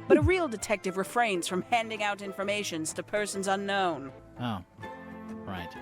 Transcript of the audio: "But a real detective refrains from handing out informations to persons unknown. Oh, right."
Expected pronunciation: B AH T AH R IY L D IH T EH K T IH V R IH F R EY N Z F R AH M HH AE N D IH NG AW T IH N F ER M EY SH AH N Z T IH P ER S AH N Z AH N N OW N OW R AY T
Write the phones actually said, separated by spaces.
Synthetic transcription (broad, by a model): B AH T AH R IY L D IH T EH K T IH V R IH F R EY N Z F R AH M HH AE N D IH NG AW T IH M F ER M EY SH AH N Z T IH P ER S AH N Z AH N N OW N OW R AY T